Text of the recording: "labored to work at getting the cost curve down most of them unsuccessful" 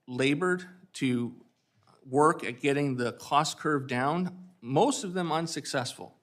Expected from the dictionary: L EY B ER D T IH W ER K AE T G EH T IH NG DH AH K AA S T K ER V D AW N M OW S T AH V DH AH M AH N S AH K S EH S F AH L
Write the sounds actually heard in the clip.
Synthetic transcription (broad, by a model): L EY B ER D T IH W ER K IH T G EH T IH NG DH AH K AA S K ER V D AW N M OW S T AH V DH AH M AH N S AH K S EH S F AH L